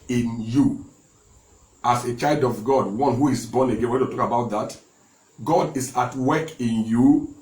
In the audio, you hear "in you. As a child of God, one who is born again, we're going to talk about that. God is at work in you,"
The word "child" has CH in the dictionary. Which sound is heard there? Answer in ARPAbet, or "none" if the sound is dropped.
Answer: CH